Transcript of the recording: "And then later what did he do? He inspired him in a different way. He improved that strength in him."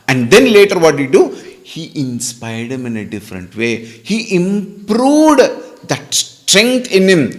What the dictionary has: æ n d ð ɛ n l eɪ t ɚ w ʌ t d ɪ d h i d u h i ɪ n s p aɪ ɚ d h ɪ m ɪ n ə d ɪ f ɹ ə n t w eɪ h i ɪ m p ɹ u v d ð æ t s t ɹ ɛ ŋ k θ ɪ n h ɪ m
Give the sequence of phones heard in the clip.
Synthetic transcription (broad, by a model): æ n d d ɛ n l eɪ t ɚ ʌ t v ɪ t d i d u h i ɪ n s p aɪ ɚ d h ɪ m ɪ n ə d ɪ f ɹ ə n t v eɪ h i ɪ m p ɹ u v d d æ t s t ɹ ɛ ŋ k t ɪ n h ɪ m